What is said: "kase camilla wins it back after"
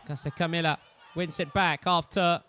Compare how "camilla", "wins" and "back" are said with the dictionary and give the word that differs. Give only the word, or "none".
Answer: wins